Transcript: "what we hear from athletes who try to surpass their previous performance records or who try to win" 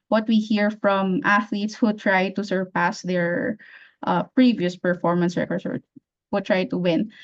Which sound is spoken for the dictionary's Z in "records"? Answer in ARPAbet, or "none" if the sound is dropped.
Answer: S